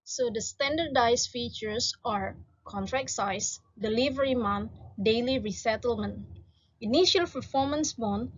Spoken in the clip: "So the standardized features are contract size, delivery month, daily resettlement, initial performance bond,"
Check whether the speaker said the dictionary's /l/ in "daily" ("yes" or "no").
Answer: yes